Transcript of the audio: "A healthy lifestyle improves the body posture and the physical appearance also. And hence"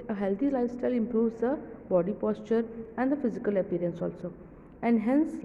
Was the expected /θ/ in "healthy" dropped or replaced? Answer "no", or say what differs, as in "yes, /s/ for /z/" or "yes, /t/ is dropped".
yes, /t/ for /θ/